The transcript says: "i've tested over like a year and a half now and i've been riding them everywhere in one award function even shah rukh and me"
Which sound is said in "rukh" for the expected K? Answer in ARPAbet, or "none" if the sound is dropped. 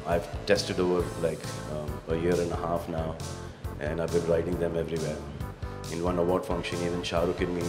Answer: K